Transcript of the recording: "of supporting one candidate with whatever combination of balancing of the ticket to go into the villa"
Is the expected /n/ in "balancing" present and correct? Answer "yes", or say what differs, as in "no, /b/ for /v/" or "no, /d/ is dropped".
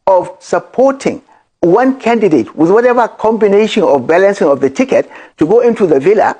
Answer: yes